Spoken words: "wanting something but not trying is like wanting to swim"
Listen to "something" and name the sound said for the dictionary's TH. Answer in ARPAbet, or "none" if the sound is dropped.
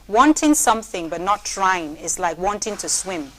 TH